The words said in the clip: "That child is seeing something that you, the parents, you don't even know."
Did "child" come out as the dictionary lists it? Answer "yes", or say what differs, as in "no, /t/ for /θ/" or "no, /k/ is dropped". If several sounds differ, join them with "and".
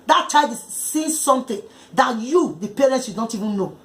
no, /l/ is dropped